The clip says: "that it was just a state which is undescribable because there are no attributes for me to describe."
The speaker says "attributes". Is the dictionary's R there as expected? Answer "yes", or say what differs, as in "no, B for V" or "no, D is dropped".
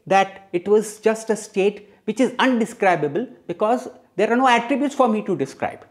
yes